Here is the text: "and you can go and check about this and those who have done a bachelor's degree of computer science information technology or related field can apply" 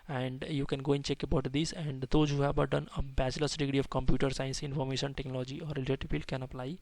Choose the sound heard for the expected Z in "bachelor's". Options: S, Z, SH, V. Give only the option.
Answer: S